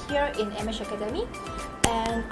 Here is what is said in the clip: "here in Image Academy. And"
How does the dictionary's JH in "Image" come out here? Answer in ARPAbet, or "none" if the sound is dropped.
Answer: SH